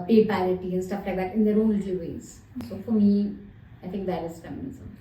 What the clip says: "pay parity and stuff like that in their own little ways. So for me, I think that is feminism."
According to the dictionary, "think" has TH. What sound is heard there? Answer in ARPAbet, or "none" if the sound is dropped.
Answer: T